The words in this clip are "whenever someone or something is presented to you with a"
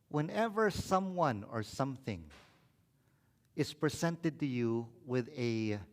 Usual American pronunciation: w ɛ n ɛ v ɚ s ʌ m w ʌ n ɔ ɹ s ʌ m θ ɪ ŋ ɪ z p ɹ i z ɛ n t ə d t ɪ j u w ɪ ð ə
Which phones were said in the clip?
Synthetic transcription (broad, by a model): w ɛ n ɛ v ɚ s ʌ m w ʌ n ɔ ɹ s ʌ m θ ɪ ŋ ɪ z p ɹ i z ɛ n t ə d t ɪ j u w ɪ ð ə